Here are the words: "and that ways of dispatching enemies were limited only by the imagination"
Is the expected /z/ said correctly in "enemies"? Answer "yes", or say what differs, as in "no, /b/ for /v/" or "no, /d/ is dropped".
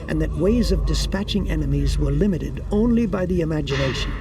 yes